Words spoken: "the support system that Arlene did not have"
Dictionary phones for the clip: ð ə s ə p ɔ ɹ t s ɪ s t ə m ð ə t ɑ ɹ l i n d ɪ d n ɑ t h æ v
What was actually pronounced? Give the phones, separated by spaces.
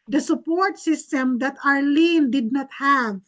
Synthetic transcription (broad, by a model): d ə s ə p ɔ ɹ t s ɪ s t ə m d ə t ɑ ɹ l i n d ɪ d n ɑ t h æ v